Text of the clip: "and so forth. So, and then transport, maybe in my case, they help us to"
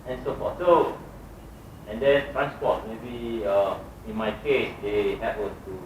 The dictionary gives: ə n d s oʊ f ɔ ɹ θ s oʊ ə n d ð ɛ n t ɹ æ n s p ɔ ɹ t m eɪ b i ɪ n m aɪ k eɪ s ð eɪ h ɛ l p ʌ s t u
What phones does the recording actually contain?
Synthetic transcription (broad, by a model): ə n s oʊ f ɔ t s oʊ ə n d ɛ n t ɹ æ n s p ɔ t m eɪ b i ɪ n m aɪ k eɪ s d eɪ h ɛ p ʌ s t u